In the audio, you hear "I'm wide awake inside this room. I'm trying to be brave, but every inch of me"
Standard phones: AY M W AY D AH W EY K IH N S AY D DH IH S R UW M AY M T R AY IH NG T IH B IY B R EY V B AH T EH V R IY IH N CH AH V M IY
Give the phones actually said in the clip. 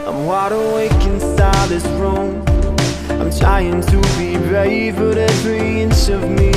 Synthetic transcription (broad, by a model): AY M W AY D AH W EY K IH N S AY DH IH S R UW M AY M T R AY IH NG T IH B IY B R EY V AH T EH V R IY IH N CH AH V M IY